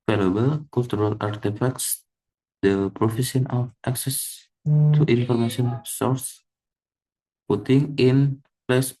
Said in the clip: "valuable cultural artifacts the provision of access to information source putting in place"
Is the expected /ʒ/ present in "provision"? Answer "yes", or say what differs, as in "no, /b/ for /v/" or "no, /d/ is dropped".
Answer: no, /s/ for /ʒ/